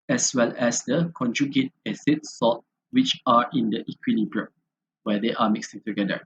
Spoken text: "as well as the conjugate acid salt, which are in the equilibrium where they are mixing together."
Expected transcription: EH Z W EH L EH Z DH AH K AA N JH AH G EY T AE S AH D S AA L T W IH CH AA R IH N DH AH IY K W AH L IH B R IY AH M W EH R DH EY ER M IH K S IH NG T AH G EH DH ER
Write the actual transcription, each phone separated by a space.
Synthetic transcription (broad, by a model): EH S W EH L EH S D AH K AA N JH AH G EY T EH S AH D S AA T W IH CH AA R IH N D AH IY K W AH L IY B R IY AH W EH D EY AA M IH K S IH NG T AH G EH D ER